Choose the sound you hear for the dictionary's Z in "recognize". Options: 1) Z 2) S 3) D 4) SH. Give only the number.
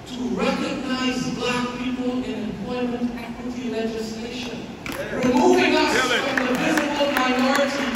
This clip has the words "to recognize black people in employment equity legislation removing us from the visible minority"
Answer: 1